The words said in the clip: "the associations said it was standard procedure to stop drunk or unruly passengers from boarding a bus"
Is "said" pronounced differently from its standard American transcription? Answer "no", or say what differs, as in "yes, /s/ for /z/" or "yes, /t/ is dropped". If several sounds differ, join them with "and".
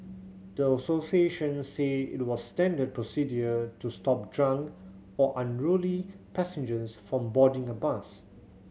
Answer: yes, /d/ is dropped